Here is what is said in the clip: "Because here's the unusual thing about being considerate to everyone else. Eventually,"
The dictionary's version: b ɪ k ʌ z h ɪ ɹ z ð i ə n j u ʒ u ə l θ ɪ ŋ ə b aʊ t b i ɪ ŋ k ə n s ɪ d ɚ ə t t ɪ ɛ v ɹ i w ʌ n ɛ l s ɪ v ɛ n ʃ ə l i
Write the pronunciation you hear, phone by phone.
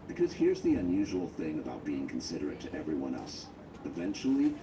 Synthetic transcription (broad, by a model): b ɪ k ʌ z h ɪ ɹ z ð i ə n j u ʒ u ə l θ ɪ ŋ ə b aʊ t b i ɪ ŋ k n s ɪ d ɚ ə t t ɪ ɛ v ɹ i w ʌ n ɛ l s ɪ v ɛ n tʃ l i